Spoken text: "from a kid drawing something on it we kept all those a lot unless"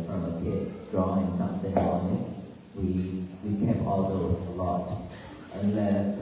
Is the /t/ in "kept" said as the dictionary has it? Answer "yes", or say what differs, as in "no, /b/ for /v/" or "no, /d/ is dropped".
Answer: no, /t/ is dropped